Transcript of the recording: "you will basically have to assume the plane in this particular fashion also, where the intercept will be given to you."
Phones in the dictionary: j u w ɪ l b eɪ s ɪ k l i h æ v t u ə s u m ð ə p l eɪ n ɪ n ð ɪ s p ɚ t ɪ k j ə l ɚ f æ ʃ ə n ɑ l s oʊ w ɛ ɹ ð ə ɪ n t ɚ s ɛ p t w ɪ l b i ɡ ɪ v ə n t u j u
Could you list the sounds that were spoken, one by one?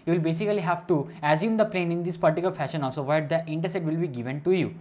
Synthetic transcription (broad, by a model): j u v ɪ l b eɪ s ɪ k l i h æ v t u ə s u m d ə p l eɪ n ɪ n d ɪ s p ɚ t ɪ k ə l f æ ʃ ə n ɑ l s oʊ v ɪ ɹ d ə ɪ n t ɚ s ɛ t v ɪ l b i ɡ ɪ v ə n t u j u